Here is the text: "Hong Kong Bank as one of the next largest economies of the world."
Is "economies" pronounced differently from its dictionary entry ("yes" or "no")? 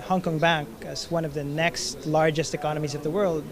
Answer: no